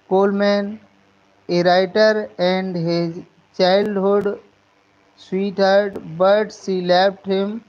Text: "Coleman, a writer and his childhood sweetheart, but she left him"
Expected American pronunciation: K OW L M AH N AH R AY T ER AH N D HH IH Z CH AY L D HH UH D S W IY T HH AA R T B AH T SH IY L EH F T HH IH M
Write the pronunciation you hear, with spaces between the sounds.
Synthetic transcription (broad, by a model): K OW L M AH N AH R AY T ER AH N D HH IH Z CH AY L D HH UH D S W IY T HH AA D B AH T S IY L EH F T HH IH M